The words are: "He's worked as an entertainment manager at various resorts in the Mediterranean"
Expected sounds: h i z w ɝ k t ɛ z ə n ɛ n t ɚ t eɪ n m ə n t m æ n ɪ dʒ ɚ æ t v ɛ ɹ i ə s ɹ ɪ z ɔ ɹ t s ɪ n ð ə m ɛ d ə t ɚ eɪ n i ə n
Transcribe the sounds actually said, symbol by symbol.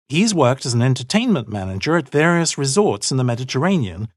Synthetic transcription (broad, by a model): h i z w ɝ k t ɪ z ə n ɛ n t ɚ t eɪ n m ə n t m æ n ɪ dʒ ɚ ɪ t v ɛ ɹ i ə s ɹ ɪ z ɔ ɹ t s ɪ n ð ə m ɛ d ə t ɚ eɪ n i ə n